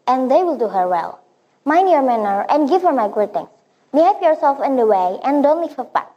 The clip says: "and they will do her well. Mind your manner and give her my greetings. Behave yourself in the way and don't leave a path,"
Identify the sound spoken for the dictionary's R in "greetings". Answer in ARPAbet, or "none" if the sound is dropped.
none